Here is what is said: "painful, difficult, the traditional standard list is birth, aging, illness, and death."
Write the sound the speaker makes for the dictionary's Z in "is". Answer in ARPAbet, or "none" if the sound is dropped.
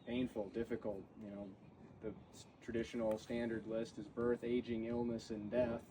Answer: Z